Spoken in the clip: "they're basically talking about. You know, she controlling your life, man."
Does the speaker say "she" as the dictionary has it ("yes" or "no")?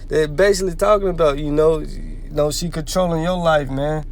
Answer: no